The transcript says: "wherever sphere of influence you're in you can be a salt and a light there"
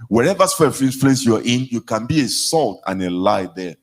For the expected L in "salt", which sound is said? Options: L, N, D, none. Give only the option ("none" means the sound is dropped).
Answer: L